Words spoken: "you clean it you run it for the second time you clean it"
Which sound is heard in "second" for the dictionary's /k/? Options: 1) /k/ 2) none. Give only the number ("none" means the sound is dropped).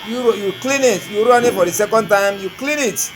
1